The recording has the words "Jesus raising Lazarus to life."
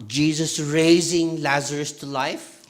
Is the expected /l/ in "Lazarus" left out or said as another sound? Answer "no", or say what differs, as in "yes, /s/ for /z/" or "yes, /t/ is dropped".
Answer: no